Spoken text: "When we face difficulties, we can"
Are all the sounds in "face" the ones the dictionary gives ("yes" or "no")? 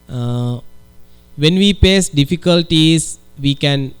no